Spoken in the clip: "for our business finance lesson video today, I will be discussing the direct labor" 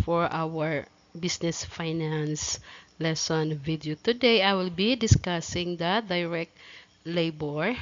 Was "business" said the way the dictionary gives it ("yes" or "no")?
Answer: no